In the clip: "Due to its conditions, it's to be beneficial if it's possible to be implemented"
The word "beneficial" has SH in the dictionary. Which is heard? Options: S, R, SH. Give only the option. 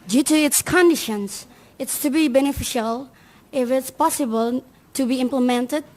SH